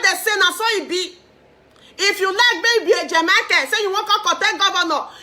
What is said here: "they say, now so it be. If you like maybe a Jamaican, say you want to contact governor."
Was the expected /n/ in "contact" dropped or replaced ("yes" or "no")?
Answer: yes